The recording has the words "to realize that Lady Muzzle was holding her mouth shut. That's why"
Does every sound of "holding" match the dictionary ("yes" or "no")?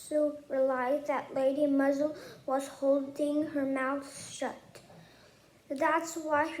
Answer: yes